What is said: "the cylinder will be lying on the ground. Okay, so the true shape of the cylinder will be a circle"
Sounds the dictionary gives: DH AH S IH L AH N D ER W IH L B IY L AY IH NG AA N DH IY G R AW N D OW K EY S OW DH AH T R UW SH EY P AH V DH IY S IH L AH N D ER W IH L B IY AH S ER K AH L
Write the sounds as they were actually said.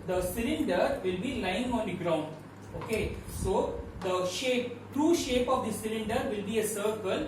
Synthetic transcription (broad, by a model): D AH S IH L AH N D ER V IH L B IY L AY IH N AA N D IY G R AW N D OW K EY S OW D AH T R UW SH EY P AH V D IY S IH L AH N D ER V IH L B IY AH S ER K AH L